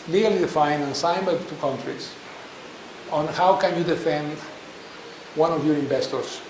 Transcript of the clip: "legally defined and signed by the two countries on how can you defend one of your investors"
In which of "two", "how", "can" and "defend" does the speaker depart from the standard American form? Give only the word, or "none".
none